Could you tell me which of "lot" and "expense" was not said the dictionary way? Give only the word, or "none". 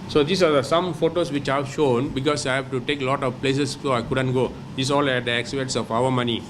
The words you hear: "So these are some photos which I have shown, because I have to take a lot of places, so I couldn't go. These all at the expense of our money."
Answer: expense